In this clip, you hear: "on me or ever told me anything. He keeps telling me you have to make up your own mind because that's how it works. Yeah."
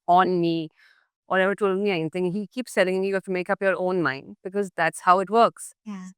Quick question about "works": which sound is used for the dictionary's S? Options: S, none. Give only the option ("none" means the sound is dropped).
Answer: S